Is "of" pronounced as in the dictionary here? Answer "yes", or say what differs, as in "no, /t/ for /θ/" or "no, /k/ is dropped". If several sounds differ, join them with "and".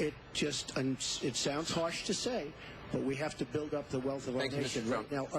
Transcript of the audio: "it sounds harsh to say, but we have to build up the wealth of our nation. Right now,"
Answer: yes